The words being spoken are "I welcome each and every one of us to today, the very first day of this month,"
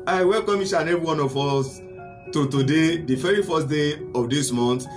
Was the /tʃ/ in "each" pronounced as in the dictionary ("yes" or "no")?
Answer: no